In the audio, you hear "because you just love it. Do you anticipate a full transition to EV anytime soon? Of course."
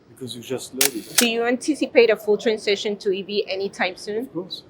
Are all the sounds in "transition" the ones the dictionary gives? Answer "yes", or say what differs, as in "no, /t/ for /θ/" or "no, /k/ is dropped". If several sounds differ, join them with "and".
no, /s/ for /z/